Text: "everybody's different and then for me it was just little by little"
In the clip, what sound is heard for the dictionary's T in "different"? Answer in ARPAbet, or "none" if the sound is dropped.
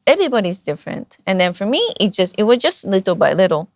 T